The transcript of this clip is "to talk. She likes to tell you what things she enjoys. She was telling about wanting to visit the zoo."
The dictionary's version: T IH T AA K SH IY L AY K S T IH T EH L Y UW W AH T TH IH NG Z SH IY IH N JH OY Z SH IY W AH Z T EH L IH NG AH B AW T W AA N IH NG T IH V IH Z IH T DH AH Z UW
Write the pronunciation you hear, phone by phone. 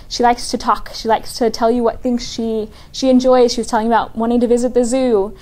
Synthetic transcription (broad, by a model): T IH T AA K SH IY L AY K S T IH T EH L Y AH W AH T TH IH NG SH SH IY IH N JH OY Z SH IY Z T EH L IH NG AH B AW T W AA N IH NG T IH V IH Z IH T DH AH Z UW